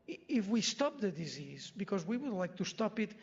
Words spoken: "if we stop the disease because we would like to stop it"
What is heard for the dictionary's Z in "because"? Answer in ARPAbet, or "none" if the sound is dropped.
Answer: Z